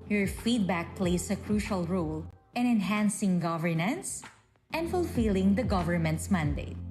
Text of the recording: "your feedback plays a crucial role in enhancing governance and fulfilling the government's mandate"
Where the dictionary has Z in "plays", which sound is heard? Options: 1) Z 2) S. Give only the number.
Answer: 2